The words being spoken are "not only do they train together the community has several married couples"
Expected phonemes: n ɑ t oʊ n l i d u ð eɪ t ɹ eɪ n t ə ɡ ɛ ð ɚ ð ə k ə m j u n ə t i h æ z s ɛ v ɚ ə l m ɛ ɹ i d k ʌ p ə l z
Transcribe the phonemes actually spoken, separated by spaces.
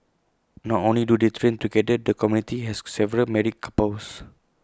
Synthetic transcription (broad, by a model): n ɑ t oʊ n l i d u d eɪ t ɹ eɪ n t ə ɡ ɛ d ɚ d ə k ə m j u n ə t i h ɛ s s ɛ v ɚ ə l m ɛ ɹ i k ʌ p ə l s